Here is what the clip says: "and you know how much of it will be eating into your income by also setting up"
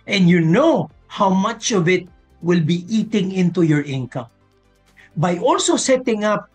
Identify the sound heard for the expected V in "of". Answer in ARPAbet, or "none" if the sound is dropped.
V